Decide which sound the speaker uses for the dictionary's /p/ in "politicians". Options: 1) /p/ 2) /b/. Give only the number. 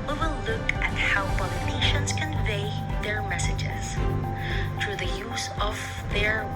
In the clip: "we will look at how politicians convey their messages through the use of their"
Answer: 2